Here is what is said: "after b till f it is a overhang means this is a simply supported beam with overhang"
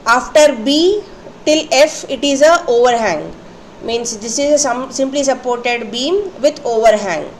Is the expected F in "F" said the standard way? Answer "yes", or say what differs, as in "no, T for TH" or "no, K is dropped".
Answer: yes